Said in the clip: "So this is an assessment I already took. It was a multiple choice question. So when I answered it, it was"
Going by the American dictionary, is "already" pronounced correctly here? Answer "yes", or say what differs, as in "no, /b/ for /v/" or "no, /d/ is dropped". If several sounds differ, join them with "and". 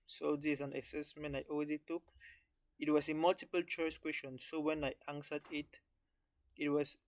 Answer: no, /w/ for /ɹ/